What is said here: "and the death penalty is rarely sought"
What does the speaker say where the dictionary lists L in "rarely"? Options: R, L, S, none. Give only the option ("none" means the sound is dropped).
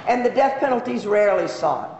L